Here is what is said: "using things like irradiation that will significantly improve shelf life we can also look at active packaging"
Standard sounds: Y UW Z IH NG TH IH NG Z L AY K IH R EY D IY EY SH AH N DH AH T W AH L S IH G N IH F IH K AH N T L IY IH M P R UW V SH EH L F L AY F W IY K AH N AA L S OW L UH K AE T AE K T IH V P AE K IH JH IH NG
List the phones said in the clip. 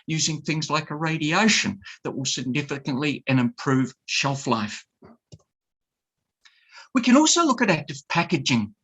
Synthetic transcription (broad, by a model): Y UW Z IH NG TH IH NG Z L AY K IH R EY D IY EY SH AH N DH AH T W AH L S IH G N IH F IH K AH N T L IY IH M P R UW V SH EH L F L AY F W IY K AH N AA L S OW L UH K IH T AE K T IH V P AE K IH JH IH NG